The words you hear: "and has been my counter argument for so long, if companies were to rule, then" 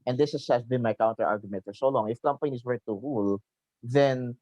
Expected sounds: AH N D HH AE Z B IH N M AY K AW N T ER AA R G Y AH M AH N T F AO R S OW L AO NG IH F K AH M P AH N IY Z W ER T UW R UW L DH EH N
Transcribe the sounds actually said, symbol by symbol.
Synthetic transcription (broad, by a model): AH N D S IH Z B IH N M AY K AW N T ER AA R G Y AH M AH N T F AO R S OW L AO NG IH F K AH M P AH N IY S W ER T UW R UW L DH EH N